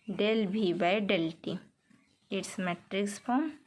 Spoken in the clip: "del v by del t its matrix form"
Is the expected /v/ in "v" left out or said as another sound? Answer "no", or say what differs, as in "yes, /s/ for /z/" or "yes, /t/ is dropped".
yes, /b/ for /v/